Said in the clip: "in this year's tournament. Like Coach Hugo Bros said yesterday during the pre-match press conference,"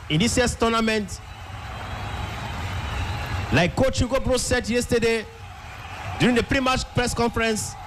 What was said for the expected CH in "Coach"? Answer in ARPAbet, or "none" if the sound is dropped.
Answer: CH